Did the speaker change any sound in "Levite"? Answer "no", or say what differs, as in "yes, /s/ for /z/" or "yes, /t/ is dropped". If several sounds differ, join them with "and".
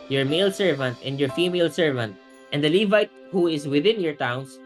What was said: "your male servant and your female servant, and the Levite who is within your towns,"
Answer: no